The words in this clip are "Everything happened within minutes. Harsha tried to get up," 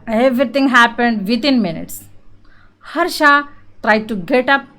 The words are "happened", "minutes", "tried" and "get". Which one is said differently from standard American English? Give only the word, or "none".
none